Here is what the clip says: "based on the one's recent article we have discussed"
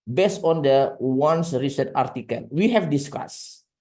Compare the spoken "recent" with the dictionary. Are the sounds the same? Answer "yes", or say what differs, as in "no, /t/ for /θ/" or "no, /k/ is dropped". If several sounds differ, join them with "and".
no, /n/ is dropped